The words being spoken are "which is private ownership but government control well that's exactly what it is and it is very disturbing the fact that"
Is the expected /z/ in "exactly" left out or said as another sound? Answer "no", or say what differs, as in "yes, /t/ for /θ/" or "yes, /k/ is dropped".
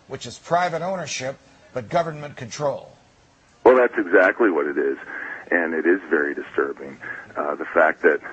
no